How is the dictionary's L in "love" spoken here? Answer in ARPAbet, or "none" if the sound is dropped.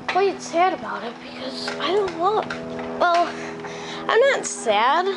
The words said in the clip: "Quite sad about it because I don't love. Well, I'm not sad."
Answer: W